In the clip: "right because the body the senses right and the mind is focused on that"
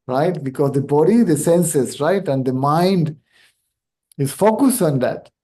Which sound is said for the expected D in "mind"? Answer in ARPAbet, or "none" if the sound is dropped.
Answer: D